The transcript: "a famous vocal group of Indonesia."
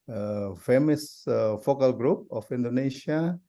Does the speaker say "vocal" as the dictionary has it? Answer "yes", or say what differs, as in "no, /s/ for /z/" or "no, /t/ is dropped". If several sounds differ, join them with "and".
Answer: no, /f/ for /v/